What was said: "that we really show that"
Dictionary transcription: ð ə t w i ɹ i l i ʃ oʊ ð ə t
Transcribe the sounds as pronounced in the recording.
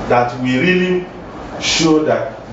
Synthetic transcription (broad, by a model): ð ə t w i ɹ i l i ʃ oʊ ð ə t